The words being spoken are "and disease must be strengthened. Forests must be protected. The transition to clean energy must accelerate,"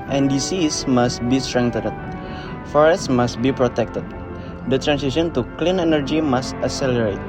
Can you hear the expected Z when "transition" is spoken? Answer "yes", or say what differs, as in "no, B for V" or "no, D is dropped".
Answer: no, S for Z